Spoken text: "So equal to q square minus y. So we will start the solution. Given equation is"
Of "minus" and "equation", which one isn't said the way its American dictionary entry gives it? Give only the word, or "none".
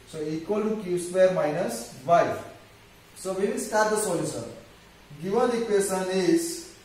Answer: equation